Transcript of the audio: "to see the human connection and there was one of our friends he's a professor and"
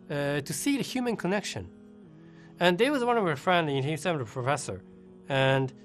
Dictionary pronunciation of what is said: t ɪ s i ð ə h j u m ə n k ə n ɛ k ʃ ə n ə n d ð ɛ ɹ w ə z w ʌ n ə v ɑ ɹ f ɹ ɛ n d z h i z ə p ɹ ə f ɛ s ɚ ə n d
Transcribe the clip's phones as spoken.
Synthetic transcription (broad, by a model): t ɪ s i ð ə h j u m ə n k ə n ɛ k ʃ ə n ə n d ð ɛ w ə z w ʌ n ə v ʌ ɹ f ɹ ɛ n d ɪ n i s ə p ɹ ə f ɛ s ɚ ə n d